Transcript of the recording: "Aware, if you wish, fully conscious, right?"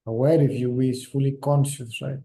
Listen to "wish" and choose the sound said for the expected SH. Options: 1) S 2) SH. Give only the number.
1